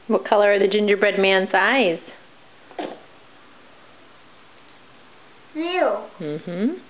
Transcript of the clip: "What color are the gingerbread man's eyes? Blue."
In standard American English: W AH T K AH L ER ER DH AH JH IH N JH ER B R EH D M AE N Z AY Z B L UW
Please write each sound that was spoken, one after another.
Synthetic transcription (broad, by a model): W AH T K AH L ER ER DH AH JH IH N JH ER B R EH D M AE N Z AY Z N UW